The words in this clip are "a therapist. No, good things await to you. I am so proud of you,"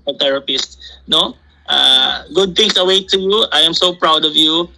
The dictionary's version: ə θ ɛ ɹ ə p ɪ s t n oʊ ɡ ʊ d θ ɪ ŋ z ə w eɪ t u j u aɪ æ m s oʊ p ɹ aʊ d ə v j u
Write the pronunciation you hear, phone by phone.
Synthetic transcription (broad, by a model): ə t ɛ ɹ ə p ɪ s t n oʊ ɡ ʊ d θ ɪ ŋ s ə w eɪ t u j u aɪ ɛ m s oʊ p ɹ aʊ d ə v j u